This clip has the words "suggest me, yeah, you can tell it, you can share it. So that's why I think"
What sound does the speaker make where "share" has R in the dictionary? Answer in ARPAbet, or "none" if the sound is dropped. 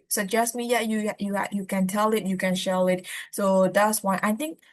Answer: L